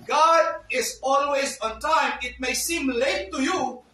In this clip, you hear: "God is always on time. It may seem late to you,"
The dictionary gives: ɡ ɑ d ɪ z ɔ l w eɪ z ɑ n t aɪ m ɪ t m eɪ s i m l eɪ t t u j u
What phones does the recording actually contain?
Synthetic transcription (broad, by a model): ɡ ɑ d ɪ z ɔ l w eɪ z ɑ n t aɪ m ɪ t m eɪ s i m l eɪ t t u j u